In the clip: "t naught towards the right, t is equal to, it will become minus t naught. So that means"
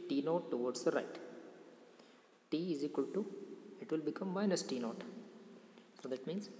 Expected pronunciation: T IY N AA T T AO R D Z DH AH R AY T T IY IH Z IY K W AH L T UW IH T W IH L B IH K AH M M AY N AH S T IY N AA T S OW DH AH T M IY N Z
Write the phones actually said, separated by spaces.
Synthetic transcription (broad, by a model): T IY N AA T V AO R D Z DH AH R AY T T IY IH Z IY K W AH L T UW IH T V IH L B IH K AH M M AY N AH S T IY N AA T S OW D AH T M IY N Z